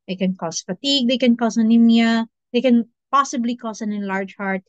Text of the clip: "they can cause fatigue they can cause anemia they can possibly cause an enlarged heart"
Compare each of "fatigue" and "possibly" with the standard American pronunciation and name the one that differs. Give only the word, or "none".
none